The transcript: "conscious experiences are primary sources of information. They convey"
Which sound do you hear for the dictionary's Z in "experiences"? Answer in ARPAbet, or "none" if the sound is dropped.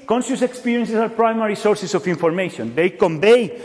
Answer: S